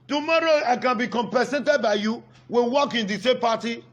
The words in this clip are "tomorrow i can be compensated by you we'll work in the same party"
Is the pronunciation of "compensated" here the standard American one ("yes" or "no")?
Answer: no